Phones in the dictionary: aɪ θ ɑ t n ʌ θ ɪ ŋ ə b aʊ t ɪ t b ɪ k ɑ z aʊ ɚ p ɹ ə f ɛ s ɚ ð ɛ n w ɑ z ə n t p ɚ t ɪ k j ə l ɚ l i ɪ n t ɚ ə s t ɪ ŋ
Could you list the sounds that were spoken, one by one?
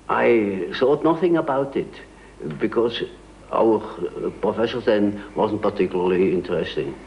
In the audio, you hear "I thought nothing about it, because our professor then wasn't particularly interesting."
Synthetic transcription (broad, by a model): aɪ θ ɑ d n ʌ θ ɪ ŋ ə b aʊ t ɪ t b ɪ k ɑ z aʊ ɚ p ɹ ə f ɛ ʃ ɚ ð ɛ n w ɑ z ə n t p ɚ t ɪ k j l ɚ l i ɪ n t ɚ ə s t ɪ ŋ